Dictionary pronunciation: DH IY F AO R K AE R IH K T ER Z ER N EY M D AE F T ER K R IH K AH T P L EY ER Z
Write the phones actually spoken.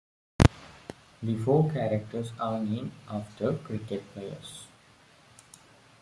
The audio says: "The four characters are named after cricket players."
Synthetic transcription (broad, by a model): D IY F AO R K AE R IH K T ER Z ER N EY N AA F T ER K R IH K AH T P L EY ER S